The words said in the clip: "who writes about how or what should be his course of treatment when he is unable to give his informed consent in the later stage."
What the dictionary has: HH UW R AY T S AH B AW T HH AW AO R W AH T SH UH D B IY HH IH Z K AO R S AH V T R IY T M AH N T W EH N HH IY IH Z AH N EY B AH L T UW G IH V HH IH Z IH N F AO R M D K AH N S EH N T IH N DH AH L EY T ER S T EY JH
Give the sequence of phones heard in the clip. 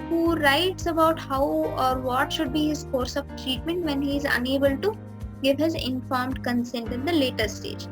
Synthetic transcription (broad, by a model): HH UW R AY T S AH B AW T HH AW AO R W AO T SH UH D B IY HH IH Z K AO R S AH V T R IY T M AH N T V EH N HH IY IH Z AH N EY B AH L T UW G IH V HH IH Z IH N F AO R M D K AH N S EH N T IH N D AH L EY T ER S T EY JH